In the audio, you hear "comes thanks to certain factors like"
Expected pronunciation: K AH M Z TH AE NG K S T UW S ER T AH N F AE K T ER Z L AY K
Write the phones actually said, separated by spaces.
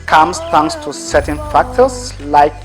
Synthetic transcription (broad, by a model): K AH M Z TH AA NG S T UW S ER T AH N F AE K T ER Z L AY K